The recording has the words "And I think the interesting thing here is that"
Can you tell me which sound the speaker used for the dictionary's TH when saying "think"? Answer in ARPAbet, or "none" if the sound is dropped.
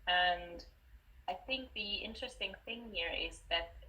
TH